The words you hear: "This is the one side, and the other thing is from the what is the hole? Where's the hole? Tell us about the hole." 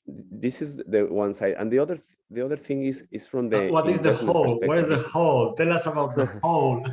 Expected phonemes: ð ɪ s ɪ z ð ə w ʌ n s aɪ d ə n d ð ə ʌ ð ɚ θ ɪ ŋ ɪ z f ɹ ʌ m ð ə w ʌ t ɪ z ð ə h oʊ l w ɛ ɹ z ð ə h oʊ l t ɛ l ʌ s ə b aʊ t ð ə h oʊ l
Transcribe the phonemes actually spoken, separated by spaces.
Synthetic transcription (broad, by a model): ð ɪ s ɪ z ð ə w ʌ n s aɪ d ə n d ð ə ʌ ð ɚ θ ɪ ŋ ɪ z f ɹ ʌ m ð ə w ʌ t ɪ z ð ə h oʊ l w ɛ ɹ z ð ə h oʊ l t ɛ l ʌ s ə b aʊ t ð ə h oʊ l